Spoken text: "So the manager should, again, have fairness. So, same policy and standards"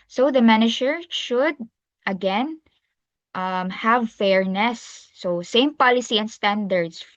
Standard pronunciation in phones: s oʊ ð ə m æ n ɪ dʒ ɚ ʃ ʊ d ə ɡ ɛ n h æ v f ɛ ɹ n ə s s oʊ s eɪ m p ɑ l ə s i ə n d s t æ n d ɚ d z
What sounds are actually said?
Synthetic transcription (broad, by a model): s oʊ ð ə m æ n ɪ dʒ ɚ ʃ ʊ d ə ɡ ɛ n h æ v f ɛ ɹ n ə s s oʊ s eɪ m p ɑ l ə s i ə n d s t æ n d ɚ d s